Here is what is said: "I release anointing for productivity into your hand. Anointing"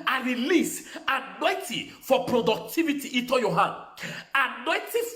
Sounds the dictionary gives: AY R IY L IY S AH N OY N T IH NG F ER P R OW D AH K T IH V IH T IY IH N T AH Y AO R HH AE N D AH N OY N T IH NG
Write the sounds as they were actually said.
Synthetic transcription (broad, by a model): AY R IY L IY S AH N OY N T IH F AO P R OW D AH K T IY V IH T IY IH T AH Y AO HH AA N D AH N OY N T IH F